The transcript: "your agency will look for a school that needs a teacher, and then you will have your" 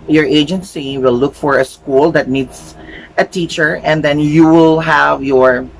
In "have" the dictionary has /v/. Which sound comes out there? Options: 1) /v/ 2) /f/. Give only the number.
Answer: 1